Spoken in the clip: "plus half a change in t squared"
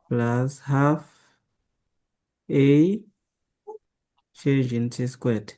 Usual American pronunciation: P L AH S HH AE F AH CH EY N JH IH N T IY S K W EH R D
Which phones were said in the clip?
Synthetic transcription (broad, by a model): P L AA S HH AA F AH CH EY JH IH N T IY S K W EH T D